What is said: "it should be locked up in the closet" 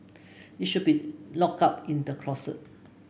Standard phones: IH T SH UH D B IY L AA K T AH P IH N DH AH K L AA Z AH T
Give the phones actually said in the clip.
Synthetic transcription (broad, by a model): IH T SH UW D B IY L AA K AA P IH N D AH K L AA S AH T